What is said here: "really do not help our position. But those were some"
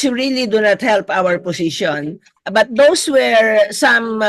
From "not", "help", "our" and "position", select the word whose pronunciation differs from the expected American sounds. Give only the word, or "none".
position